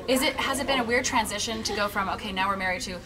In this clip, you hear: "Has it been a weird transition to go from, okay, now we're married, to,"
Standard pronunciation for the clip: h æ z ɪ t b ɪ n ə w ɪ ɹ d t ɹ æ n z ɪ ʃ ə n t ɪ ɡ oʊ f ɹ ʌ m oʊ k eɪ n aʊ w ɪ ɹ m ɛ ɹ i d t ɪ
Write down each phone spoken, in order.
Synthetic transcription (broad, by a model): h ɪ z ɪ t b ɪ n ə w ɪ ɹ d t ɹ æ n z ɪ ʃ ə n t ɪ ɡ oʊ f ɹ ʌ m oʊ k eɪ n aʊ w ɪ ɹ m ɛ ɹ i d t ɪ